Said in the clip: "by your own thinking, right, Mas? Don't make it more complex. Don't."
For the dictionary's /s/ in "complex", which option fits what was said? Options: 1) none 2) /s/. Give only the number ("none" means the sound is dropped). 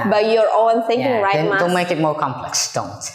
2